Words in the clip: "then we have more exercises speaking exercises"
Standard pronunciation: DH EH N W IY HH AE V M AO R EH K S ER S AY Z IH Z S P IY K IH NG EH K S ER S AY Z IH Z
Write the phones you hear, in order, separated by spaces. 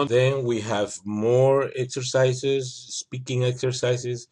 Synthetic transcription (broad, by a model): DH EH N W IY HH AE V M AO R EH K S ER S AY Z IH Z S P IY K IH NG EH K S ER S AY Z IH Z